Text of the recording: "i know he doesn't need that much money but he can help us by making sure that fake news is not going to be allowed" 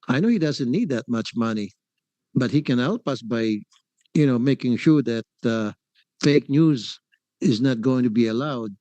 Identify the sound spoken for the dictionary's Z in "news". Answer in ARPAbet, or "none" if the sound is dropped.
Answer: Z